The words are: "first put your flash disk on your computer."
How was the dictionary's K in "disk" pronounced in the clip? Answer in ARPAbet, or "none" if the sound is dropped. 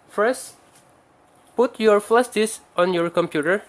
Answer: none